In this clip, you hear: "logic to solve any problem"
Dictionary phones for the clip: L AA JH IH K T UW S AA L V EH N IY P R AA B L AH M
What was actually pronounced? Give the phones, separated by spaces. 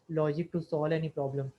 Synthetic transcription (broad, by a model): L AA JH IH K T UW S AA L EH N IY P R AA B L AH M